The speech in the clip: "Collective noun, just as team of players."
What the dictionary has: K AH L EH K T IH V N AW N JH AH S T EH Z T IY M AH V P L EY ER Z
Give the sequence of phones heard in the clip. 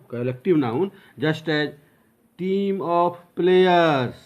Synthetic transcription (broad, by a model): K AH L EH K T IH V N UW N JH AH S T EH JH T IY M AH P P L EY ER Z